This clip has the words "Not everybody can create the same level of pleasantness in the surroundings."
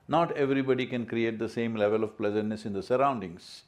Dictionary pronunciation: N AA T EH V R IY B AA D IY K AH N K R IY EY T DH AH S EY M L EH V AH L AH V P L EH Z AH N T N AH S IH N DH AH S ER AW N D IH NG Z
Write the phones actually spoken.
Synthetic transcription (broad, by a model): N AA T EH V R IY B AA D IY K AH N K R IY EY T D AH S EY M L EH V AH L AH V P L EH Z AH N T N AH S IH N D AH S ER AW N D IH NG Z